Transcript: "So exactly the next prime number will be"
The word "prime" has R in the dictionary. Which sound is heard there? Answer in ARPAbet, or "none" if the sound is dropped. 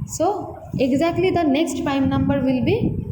none